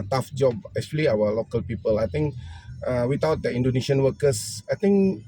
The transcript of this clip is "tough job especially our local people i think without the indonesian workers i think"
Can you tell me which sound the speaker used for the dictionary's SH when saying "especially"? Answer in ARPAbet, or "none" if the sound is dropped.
none